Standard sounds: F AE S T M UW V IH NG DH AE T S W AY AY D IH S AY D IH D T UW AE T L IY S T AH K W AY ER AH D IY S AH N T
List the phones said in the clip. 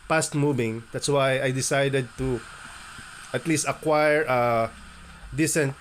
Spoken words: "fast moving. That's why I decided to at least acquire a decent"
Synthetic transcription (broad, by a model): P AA S T M UW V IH NG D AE T S W AY AY D IH S AY D IH D T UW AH T L IY S T AH K W AY ER AH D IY S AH N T